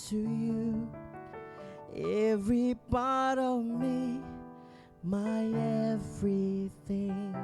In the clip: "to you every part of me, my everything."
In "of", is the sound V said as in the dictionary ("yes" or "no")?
yes